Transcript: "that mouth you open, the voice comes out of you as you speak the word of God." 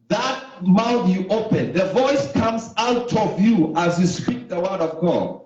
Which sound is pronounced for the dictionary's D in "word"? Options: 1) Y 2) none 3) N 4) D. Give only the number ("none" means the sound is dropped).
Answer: 4